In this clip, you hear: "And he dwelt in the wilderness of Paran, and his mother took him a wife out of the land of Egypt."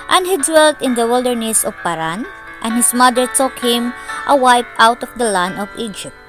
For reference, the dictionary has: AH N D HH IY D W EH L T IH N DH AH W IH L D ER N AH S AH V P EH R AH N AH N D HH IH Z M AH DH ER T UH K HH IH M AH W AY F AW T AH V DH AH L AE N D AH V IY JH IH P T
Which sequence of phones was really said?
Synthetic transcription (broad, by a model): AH N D HH IY D W EH L T IH N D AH W IH L D ER N AH S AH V P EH R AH N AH N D HH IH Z M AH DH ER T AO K HH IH M AH W AY P AW T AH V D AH L AE N D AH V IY JH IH P T